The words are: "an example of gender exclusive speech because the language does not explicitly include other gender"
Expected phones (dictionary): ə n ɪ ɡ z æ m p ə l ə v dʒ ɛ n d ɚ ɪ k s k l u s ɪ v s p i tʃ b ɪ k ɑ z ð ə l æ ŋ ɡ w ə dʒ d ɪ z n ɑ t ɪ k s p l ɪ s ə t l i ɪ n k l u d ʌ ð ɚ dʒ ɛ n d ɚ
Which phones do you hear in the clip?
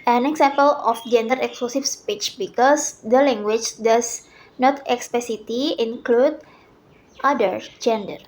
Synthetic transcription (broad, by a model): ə n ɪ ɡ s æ m p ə l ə f dʒ ɛ n d ɚ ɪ k s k l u s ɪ f s p i tʃ b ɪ k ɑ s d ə l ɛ ŋ ɡ w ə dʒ d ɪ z n ɑ t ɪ k s p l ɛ s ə t i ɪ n k l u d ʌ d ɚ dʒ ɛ n d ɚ